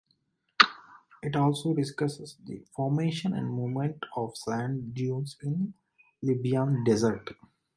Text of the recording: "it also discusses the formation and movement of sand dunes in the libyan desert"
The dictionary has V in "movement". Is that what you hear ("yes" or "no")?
no